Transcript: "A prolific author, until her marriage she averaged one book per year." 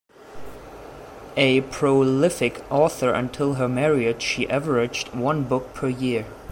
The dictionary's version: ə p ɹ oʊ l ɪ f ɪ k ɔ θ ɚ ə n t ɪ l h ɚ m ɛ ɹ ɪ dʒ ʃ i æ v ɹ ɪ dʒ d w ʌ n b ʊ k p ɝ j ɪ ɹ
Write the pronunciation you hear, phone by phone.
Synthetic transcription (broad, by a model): ə p ɹ oʊ l ɪ f ɪ k ɔ θ ɚ ə n t ɪ l h ɚ m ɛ ɹ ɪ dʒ ʃ i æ v ɹ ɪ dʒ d w ʌ n b ʊ k p ɝ j ɪ ɹ